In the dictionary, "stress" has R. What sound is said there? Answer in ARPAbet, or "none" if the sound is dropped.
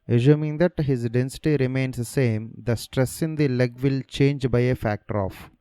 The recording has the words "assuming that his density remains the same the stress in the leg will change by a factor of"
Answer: R